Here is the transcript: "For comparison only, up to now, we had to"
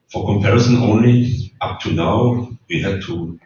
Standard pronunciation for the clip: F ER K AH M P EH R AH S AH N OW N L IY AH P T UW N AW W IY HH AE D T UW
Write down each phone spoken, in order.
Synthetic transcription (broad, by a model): F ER K AH M P EH R AH S AH N OW N L IY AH P T UW N AW W IY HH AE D T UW